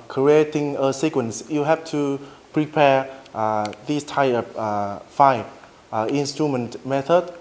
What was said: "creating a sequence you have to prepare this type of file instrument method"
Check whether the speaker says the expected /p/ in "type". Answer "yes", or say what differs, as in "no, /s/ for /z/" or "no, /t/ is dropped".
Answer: no, /p/ is dropped